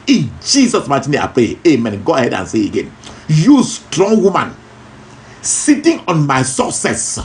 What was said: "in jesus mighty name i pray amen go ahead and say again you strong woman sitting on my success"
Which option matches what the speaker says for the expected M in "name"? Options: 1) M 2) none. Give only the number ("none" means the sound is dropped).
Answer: 2